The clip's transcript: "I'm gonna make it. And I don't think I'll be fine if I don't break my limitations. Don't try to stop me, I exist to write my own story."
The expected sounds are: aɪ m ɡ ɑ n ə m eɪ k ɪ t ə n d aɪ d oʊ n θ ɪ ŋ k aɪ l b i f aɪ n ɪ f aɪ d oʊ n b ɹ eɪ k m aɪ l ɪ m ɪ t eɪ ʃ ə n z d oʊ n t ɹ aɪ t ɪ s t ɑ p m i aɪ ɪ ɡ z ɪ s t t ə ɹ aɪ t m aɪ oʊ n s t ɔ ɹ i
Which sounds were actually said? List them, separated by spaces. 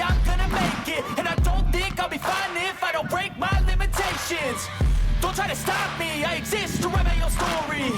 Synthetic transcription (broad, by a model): aɪ m ɡ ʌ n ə m eɪ k ɪ t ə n aɪ d oʊ n θ ɪ ŋ k aɪ l b i f aɪ n ɪ f aɪ d oʊ n b ɹ eɪ k m aɪ l ɪ m ɪ t eɪ ʃ ə n z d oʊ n t ɹ aɪ t ɪ s t ɑ p m i aɪ ɪ ɡ z ɪ s t t ə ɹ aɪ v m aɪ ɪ l s t ɔ ɹ i